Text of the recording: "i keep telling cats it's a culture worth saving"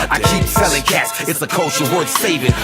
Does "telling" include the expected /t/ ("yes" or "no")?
no